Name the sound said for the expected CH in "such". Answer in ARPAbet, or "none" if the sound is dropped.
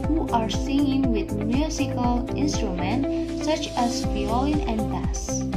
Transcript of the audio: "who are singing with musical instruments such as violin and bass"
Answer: CH